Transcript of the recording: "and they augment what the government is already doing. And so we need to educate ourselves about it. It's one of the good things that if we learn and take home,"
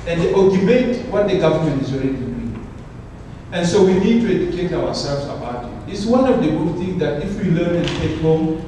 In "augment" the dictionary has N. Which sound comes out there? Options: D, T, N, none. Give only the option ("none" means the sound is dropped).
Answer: none